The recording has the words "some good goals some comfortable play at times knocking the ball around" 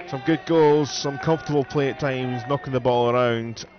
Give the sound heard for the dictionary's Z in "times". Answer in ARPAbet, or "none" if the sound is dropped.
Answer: Z